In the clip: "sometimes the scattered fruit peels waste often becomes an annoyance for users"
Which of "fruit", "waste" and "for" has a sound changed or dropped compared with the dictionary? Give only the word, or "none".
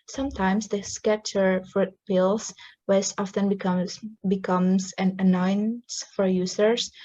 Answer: waste